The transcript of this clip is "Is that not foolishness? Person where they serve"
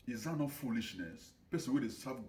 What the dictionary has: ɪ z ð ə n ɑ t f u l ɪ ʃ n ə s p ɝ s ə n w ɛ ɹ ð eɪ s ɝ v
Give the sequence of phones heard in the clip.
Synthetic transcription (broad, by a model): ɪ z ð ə n ɑ t f u l ɪ ʃ n ə s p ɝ s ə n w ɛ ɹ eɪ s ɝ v